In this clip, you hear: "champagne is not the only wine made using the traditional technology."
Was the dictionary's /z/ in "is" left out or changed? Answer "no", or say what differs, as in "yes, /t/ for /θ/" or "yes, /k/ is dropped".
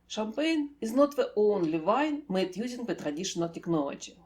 no